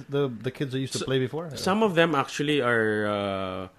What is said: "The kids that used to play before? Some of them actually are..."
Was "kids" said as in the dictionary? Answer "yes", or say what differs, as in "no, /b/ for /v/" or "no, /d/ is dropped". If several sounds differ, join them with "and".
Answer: yes